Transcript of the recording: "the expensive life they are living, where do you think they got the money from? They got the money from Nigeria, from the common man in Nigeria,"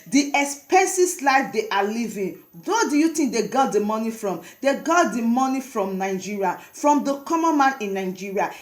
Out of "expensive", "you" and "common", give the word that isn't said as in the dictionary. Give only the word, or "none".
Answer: expensive